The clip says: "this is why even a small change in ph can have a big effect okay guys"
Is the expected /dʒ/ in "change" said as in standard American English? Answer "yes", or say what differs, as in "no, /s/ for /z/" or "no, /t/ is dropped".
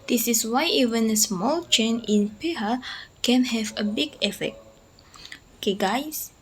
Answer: no, /dʒ/ is dropped